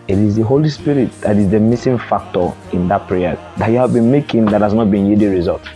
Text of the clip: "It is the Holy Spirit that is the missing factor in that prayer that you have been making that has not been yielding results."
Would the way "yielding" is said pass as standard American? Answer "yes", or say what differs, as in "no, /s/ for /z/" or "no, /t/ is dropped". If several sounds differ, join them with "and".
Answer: no, /l/ is dropped